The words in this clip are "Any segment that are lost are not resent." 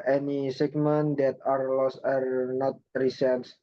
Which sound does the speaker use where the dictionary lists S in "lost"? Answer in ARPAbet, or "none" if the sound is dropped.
S